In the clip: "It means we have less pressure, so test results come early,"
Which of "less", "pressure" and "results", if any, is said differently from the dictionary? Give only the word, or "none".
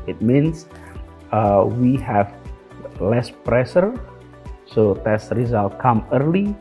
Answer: results